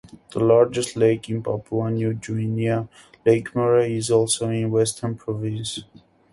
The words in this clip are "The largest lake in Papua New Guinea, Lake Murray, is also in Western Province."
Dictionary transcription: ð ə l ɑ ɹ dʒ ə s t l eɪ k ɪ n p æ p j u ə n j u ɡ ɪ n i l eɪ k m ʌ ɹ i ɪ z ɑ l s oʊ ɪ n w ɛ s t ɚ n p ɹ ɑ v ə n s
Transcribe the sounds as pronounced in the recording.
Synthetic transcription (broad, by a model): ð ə l ɑ ɹ dʒ ə s t l eɪ k ɪ n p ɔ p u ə n j u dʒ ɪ n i l eɪ k m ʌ ɹ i ɪ z ɑ l s oʊ ɪ n w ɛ s t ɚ n p ɹ ɑ v ə n s